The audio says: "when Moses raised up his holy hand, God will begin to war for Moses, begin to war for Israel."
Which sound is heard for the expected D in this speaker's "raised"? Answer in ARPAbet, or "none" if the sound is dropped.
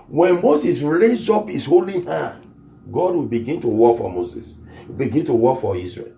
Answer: none